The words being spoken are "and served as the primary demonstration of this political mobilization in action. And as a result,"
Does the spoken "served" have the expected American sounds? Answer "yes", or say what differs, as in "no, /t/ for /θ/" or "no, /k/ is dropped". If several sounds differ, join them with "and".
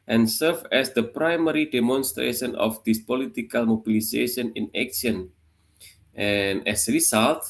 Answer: no, /d/ is dropped